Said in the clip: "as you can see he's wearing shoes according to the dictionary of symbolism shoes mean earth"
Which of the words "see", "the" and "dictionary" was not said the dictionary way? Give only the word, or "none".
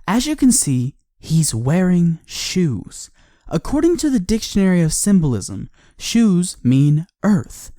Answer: none